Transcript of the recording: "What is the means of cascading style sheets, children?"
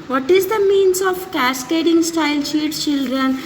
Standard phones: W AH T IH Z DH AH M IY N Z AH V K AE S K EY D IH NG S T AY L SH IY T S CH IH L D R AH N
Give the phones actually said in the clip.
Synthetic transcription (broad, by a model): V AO T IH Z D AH M IY N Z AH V K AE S K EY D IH NG S T AY L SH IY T CH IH L D R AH N